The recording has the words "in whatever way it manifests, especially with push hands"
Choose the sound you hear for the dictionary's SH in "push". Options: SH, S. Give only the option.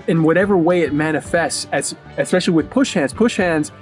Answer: SH